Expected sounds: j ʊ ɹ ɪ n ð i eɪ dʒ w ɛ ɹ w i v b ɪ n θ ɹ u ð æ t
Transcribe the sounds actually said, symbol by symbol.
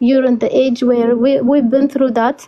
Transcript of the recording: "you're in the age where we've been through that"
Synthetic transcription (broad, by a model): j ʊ ɹ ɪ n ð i eɪ dʒ w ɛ ɹ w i w b ɪ n θ ɹ u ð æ t